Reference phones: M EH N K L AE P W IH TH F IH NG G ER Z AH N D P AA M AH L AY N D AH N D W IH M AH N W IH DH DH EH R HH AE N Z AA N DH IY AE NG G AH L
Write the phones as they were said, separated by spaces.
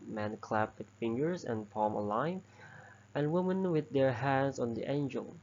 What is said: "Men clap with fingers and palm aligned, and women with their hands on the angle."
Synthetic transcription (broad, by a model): M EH N K L AE P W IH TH F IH NG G ER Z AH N P AA M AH L AY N AH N W IH M AH N W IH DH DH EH R HH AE N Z AA N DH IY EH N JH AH L